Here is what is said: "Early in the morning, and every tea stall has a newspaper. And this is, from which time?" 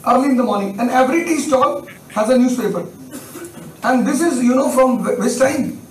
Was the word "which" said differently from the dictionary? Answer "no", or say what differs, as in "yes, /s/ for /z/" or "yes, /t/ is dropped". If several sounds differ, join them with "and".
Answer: yes, /s/ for /tʃ/